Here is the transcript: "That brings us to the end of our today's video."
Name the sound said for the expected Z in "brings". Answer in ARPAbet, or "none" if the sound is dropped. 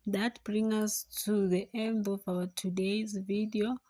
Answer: none